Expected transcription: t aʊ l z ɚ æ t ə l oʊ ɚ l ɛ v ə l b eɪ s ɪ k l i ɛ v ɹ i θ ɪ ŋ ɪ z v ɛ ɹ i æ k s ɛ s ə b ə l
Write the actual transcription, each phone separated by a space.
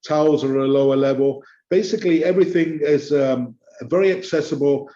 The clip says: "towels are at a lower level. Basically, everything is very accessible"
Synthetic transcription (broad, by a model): t aʊ l z ɚ ə l oʊ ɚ l ɛ v ə l b eɪ s ɪ k l i ɛ v ɹ i θ ɪ ŋ ɪ z v ɛ ɹ i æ k s ɛ s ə b ə l